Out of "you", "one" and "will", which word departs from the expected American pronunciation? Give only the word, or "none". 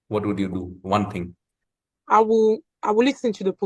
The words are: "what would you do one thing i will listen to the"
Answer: will